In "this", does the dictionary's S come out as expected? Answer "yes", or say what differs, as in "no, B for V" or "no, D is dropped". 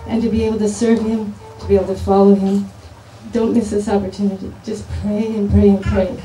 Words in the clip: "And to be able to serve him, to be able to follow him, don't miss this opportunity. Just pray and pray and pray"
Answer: yes